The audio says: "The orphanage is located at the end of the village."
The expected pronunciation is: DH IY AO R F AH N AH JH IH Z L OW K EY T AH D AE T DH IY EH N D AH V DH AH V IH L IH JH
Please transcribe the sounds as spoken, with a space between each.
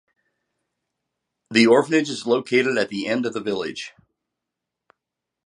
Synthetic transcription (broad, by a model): DH IY AO R F AH N AH JH IH Z L OW K EY T AH D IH T DH IY EH N D AH V DH AH V IH L IH JH